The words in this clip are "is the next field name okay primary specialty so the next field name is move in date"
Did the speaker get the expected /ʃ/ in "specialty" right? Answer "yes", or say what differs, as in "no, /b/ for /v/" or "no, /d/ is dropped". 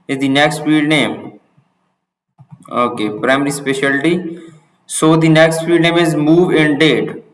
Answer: yes